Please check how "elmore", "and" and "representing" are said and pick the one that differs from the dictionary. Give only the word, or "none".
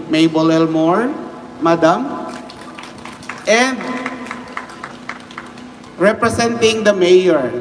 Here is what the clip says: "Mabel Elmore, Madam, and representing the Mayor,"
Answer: representing